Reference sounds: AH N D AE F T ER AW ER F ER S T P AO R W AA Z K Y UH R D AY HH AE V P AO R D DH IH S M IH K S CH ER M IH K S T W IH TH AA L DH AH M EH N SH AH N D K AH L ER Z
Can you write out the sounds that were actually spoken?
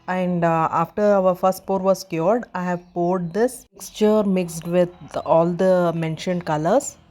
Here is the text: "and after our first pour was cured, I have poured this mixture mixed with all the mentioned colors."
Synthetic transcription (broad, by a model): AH N D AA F T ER AW ER F ER S T P AO R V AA S K Y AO R D AY HH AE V P AO R D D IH S M IH K S CH ER M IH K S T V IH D AA L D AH M EH N SH AH N D K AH L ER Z